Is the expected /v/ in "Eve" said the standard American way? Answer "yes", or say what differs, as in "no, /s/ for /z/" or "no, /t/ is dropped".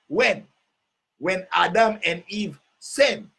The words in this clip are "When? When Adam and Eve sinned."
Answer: yes